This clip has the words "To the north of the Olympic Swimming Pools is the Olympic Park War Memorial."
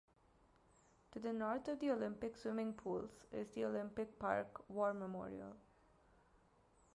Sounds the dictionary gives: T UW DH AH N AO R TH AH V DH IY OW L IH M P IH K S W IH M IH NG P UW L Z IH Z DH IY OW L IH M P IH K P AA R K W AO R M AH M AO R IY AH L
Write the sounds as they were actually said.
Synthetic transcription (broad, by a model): T UW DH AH N AO R T AH V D IY OW L IH M P IH K S W IH M IH NG P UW L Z IH Z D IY OW L IH M P IH K P AA R K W AO R M AH M AO R IY AH L